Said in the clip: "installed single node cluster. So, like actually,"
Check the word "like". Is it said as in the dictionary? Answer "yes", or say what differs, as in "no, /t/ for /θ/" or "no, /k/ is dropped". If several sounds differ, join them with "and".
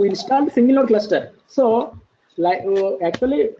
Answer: no, /k/ is dropped